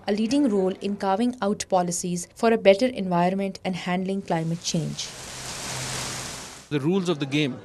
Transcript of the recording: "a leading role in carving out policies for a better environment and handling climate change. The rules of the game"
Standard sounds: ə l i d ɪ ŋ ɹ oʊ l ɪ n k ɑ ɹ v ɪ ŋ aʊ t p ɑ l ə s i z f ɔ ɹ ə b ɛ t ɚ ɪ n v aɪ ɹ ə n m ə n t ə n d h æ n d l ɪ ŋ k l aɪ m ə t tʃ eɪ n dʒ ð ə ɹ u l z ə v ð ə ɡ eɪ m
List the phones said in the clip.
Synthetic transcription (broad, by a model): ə l i d ɪ ŋ ɹ oʊ l ɪ n k ɑ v ɪ ŋ aʊ t p ɑ l ə s i z f ɔ ɹ ə b ɛ t ɚ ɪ n v aɪ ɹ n m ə n t ə n d h æ n d l ɪ ŋ k l aɪ m ə t tʃ eɪ n dʒ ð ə ɹ u l z ə v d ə ɡ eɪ m